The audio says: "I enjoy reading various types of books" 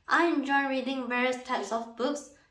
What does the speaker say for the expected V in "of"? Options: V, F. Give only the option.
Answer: F